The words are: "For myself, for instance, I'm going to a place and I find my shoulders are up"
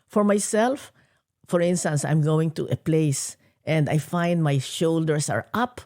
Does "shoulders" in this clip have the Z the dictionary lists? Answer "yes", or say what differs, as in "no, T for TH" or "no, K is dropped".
no, S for Z